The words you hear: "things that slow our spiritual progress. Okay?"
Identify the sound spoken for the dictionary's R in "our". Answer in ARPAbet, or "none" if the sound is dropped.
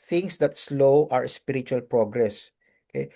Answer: R